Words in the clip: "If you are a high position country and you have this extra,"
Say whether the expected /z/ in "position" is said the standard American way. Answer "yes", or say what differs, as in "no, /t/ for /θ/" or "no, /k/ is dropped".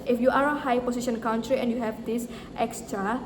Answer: no, /s/ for /z/